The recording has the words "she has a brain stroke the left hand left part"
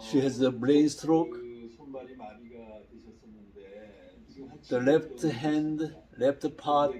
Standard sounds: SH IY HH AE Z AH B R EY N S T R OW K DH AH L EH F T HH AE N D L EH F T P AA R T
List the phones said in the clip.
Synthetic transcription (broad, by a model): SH IY HH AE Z AH B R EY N S T R OW K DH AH L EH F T HH AE N D L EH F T P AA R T